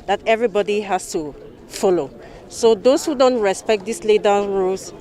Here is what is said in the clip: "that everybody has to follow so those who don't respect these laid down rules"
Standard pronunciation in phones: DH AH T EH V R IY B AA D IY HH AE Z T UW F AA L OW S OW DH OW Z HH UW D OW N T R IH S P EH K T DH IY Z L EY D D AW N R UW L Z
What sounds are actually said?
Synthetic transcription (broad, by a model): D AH T EH V R IY B AA D IY HH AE S T UW F AA L OW S OW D OW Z HH UW D OW N T R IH S P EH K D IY S L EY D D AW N R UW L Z